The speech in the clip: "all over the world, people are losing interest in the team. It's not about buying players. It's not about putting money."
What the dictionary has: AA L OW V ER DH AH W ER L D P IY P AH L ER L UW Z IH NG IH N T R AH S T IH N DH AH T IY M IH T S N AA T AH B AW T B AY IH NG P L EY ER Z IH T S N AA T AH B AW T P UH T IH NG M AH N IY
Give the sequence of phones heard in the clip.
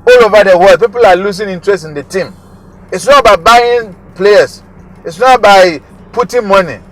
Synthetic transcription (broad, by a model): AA L OW V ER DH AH W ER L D P IY P AH L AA L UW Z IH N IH N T R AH S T IH N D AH T IY M IH T S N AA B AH IH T B AY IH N P L EY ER S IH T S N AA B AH IH P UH T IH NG M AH N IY